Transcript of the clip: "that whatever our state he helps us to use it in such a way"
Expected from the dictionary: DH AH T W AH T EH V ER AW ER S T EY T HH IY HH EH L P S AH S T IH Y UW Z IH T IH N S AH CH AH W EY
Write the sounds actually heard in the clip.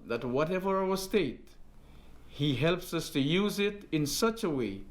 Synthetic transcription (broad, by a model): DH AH T W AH T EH V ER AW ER S T EY T HH IY HH EH L P S AH S T IH Y UW Z IH T IH N S AH CH AH W EY